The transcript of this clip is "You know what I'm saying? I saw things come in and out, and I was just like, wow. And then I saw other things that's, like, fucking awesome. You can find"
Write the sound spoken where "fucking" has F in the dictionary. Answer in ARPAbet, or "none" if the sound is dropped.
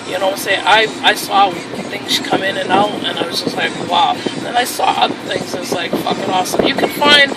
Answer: F